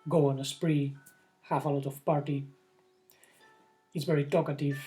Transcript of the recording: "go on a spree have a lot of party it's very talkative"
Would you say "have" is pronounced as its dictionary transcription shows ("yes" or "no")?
no